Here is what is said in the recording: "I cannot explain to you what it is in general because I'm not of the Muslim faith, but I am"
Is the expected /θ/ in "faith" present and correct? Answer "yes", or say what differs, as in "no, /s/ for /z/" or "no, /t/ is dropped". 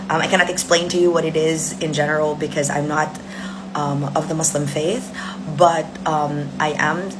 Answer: yes